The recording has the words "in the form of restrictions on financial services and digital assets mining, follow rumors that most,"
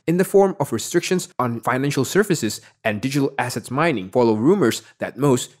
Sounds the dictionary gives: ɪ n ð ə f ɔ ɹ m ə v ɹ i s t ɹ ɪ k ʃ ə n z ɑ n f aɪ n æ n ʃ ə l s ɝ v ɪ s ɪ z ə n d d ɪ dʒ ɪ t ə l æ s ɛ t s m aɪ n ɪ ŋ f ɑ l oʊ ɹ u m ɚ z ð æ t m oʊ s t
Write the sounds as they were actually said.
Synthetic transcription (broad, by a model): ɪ n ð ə f ɔ ɹ m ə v ɹ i s t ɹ ɪ k ʃ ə n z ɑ n f aɪ n æ n ʃ ə l s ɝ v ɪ s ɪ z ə n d d ɪ dʒ ɪ t ə l æ s ɛ t s m aɪ n ɪ ŋ f ɑ l oʊ ɹ u m ɚ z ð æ t m oʊ s t